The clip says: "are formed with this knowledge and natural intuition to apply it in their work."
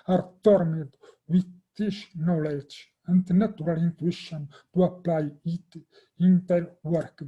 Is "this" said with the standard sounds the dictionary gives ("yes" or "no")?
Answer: no